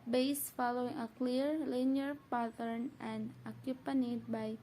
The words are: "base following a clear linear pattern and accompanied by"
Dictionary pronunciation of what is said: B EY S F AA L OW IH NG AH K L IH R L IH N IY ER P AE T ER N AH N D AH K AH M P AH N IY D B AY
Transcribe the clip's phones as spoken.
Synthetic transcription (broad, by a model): B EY S F AA L OW IH NG AH K L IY R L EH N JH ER P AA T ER N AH N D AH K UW P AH N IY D B AY